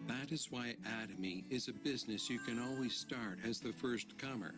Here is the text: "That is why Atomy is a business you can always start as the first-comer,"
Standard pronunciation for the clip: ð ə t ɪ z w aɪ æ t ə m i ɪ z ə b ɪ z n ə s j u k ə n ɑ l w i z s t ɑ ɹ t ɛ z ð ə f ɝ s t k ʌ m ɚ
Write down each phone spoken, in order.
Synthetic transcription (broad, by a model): ð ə t ɪ z w aɪ æ t ə m i ɪ z ə b ɪ z n ə s j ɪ k ə n ɑ l w i z s t ɑ ɹ t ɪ z ð ə f ɝ s t k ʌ m ɚ